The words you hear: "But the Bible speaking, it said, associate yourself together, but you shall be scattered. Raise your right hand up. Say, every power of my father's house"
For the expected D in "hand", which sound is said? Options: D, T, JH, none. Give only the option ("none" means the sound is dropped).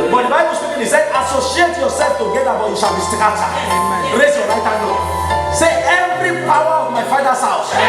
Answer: none